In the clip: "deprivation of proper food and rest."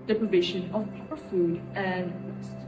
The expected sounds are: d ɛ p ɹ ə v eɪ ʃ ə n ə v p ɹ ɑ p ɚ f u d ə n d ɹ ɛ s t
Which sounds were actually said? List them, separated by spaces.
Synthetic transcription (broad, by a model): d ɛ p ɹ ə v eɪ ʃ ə n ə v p ɑ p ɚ f u d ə n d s